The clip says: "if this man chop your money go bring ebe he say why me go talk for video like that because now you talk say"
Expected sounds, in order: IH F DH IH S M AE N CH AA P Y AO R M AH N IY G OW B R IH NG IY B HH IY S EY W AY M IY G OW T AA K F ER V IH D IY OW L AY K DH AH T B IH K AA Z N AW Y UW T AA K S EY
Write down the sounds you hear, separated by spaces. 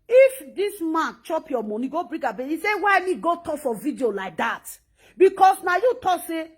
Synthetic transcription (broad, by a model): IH F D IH S M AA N CH AA P Y AO M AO N IY G OW B R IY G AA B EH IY S EY W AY M IY G OW T AA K F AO V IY D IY OW L AY K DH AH T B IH K AA S N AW Y UW T AA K S EY